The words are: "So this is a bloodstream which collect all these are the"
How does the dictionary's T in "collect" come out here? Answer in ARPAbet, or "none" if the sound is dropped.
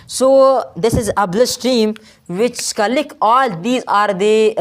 none